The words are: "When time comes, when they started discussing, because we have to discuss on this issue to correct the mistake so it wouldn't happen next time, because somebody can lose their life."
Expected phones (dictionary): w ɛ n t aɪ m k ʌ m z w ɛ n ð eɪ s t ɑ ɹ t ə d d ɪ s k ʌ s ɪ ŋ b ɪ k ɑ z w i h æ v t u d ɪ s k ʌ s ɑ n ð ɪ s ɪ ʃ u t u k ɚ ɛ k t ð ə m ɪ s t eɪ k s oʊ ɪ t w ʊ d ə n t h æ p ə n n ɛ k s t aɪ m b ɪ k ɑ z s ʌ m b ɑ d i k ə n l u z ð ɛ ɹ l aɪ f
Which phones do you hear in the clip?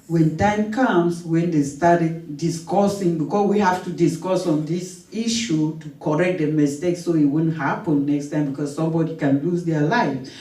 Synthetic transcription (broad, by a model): w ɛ n t aɪ m k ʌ m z w ɛ n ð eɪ s t ɑ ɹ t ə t d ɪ s k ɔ s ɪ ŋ b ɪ k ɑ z w i h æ f t u d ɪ s k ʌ s ɑ n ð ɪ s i ʃ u t u k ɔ ɛ k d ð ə m ɪ s t eɪ k s oʊ ɪ t w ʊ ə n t h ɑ p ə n n ɛ k s t aɪ m b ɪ k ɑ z s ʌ m b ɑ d i k ə n l u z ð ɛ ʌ l aɪ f